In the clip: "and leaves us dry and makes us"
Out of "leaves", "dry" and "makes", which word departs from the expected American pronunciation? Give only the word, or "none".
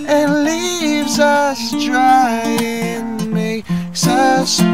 makes